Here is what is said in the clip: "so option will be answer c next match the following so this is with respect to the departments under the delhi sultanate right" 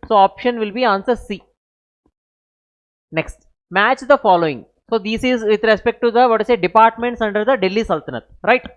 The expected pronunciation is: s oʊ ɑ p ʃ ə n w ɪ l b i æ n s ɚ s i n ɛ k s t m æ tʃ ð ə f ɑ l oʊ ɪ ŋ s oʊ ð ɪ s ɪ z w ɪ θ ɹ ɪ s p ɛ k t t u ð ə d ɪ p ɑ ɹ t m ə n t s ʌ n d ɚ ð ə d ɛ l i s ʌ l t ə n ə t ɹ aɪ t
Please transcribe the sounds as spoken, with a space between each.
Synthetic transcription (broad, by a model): s oʊ ɑ p ʃ ə n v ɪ l b i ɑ n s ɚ s i n ɛ k s t m æ tʃ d ə f ɑ l oʊ ɪ ŋ s oʊ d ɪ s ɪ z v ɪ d ɹ ɪ s p ɛ k t t u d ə d ɪ p ɑ ɹ t m ə n t s ʌ n d ɚ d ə d ɛ l i s ʌ l t ə n ə t ɹ aɪ t